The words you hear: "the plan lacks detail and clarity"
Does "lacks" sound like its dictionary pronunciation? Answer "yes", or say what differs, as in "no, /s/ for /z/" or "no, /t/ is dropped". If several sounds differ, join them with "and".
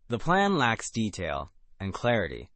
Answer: yes